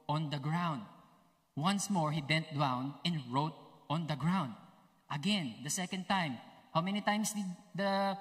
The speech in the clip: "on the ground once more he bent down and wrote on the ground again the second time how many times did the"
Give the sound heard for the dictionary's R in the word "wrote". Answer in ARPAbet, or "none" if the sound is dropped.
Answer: R